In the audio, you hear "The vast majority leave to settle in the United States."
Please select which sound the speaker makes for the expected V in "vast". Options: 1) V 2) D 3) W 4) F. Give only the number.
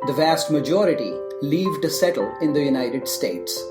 1